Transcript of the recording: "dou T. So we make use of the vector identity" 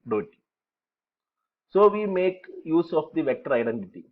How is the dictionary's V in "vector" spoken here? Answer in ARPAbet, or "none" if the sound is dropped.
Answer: V